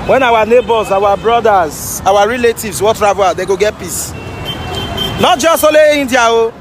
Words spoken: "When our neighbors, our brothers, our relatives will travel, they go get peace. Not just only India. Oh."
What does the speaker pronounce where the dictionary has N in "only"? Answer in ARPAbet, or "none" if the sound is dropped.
none